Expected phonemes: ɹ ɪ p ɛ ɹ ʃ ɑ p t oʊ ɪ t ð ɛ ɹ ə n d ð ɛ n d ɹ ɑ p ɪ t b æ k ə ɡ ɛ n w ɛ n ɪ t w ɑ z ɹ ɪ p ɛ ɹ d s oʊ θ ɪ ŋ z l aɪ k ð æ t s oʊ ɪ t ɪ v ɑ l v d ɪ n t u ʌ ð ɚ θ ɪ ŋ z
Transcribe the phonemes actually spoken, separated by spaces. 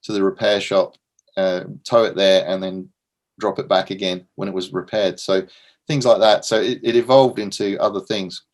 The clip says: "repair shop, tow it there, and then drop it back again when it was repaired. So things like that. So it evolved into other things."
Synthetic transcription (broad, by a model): ɹ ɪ p ɛ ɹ ʃ ɑ p t oʊ ɪ t ð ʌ ɹ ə n ð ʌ n d ɹ ɑ p ɪ t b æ k ə ɡ ɛ n w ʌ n ɪ t w ɑ z ɹ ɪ p ɛ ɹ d s oʊ θ ɪ ŋ z l aɪ k ð æ t s oʊ ɪ t ɪ v ɑ l v d ɪ n t u ʌ ð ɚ θ ɪ ŋ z